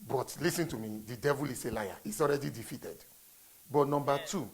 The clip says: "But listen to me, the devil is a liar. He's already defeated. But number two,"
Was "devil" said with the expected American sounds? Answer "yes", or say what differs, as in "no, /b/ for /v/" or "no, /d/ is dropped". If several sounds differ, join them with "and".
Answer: yes